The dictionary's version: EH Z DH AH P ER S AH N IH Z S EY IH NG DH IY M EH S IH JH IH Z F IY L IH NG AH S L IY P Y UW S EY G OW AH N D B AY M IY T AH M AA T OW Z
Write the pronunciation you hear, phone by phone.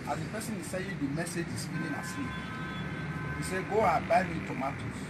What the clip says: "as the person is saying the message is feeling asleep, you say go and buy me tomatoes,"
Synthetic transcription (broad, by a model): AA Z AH P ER S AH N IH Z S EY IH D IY M EH S IH JH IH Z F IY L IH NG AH S IY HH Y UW S EY G OW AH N B AY M IY T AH M AA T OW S